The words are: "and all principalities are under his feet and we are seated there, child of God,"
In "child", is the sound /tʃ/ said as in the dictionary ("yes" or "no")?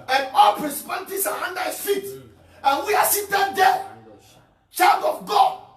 yes